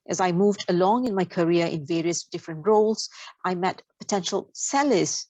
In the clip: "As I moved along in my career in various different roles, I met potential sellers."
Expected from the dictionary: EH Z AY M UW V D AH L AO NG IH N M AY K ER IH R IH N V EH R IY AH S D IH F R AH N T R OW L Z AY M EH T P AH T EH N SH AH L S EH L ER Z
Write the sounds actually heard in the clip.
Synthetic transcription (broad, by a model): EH Z AY M UW V D AH L AO NG IH N M AY K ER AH R IH N V EH R IY AH S D IH F R AH N T R OW L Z AY M EH T P AH T EH N SH AH L S EH L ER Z